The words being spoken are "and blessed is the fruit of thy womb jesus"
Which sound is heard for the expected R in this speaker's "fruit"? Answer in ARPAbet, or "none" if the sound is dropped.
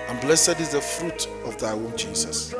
R